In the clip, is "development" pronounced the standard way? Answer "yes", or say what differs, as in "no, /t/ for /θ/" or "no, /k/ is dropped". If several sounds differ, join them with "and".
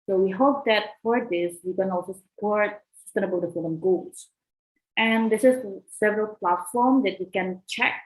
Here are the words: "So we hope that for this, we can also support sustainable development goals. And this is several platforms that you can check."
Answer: no, /f/ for /v/ and /p/ is dropped